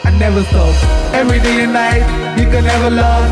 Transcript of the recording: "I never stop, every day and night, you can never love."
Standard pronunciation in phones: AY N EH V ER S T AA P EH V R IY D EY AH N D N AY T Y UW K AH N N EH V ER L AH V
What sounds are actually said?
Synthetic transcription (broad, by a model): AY N EH V ER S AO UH EH V R IY D EY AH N N AY T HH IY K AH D N EH V ER L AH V